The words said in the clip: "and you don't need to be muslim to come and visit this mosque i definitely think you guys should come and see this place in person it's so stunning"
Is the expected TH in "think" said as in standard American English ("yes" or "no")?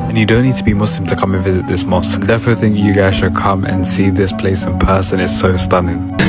yes